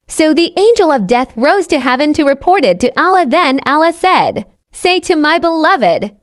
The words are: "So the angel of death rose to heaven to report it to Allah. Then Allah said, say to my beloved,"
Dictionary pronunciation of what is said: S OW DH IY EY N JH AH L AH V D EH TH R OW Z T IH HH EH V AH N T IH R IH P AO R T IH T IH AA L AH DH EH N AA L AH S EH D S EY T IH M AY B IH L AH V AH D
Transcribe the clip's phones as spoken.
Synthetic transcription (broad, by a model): S OW DH IY EY N JH AH L AH V D EH TH R OW Z T IH HH EH V AH N T IH R IH P AO R T IH T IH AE L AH DH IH N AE L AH S EH D S EY T IH M AY B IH L AH V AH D